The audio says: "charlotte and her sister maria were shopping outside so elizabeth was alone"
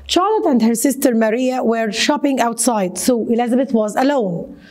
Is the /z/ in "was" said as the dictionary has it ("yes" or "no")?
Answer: yes